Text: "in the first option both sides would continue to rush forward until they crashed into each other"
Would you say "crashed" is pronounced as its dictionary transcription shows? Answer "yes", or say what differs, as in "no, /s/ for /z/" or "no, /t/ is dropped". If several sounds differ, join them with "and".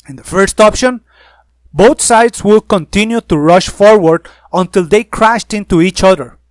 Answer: yes